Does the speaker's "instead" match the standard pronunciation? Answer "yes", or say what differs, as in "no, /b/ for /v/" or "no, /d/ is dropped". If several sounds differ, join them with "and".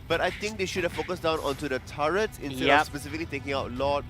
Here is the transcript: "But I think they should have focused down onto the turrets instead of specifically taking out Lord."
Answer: no, /s/ is dropped